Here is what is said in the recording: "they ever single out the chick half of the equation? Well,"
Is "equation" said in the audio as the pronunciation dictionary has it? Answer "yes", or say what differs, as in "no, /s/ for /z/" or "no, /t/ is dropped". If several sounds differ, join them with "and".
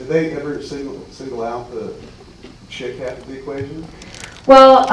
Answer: yes